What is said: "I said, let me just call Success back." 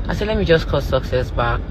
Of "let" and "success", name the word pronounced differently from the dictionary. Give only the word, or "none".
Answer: none